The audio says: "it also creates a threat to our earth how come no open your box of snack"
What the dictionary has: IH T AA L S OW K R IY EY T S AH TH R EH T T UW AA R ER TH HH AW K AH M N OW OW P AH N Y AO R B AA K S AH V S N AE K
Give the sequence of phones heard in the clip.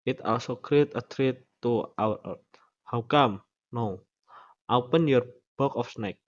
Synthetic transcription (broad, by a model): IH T AA L S OW K R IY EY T AH T R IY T T UW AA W HH AW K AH M N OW OW P AH N Y AO R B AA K AH F S N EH K